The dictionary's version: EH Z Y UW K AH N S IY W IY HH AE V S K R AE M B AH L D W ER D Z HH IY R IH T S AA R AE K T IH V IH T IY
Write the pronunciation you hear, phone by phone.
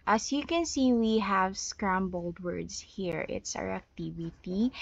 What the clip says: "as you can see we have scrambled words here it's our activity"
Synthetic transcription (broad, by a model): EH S Y UW K AH N S IY W IY HH AE V S K R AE M B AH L D W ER D S HH IY R IH T S AA R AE K T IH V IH T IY